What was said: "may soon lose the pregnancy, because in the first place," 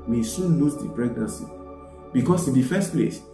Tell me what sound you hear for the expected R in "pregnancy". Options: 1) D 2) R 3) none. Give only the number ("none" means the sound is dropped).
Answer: 2